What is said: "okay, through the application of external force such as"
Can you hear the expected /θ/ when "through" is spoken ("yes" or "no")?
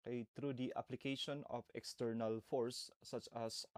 no